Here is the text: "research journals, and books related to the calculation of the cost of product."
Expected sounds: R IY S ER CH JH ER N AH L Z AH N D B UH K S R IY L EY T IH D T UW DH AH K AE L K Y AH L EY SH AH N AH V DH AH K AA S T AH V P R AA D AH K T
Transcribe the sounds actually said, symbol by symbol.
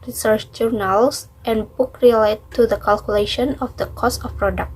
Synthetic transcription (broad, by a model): R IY S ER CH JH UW N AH L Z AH N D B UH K R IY L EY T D T UW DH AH K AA L K Y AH L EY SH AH N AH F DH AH K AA S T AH F P R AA D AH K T